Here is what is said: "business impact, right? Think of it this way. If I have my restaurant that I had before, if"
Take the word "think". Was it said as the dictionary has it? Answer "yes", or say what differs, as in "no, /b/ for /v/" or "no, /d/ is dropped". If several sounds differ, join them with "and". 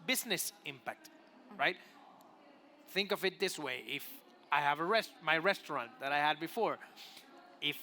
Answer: yes